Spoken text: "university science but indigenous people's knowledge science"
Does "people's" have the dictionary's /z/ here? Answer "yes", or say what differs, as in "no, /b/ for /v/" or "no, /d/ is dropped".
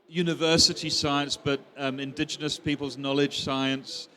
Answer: yes